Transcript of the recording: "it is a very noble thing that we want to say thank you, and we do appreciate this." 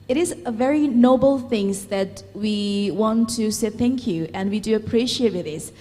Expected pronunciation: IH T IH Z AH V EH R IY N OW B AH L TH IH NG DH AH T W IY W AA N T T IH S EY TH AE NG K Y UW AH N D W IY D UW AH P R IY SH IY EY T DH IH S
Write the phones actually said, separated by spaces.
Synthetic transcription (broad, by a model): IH T IH Z AH V EH R IY N OW B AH L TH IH NG DH AH T W IY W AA N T T IH S EY TH AE NG K Y UW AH N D W IY D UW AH P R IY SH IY EY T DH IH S